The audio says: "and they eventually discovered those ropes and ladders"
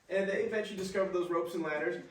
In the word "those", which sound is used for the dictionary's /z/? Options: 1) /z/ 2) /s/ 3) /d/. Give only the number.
1